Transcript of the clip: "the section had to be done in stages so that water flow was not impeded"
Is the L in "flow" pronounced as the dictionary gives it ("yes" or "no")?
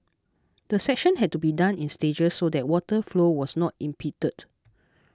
yes